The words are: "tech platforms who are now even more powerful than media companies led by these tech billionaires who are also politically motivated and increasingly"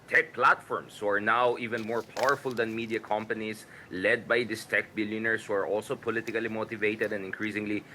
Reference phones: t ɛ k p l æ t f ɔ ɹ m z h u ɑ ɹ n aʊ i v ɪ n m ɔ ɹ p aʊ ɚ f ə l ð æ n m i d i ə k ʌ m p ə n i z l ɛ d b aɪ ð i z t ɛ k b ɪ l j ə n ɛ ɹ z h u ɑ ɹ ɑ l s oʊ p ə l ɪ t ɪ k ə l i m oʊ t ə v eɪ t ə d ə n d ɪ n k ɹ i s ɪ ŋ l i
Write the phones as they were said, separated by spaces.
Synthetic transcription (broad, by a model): t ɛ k p l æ t f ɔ ɹ m s h u ɑ ɹ n aʊ i v ɪ n m ɔ ɹ p aʊ ɚ f ə l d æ n m i d i ə k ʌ m p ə n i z l ɛ d b aɪ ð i s t ɛ k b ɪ l j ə n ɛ ɹ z h u ɑ ɹ ɑ l s oʊ p ə l ɪ t ɪ k ə l i m oʊ t ə v eɪ t ə d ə n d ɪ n k ɹ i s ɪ ŋ l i